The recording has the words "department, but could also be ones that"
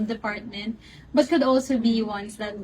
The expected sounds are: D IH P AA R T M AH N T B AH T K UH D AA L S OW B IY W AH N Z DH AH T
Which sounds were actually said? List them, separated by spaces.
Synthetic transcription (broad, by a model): D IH P AA R T M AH N T B AH T K UH D AA L S OW B IY W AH N S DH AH T